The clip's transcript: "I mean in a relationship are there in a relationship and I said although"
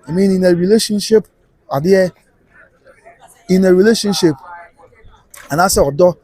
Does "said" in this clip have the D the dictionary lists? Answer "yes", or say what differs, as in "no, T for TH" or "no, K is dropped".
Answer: no, D is dropped